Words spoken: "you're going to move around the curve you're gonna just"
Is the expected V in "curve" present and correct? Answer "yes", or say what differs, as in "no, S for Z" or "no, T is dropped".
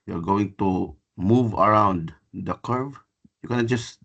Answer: yes